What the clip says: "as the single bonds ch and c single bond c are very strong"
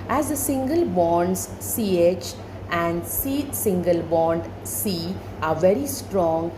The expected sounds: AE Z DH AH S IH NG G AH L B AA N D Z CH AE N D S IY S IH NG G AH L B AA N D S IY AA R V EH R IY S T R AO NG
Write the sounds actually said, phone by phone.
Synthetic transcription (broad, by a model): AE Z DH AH S IH NG G AH L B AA N D S CH AE N D S IY S IH NG G AH L B AA N D S IY AA R V EH R IY S T R AO NG